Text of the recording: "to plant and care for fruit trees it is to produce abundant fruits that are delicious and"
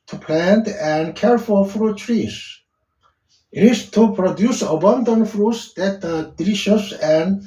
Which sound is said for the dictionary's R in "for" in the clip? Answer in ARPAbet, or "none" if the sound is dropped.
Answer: L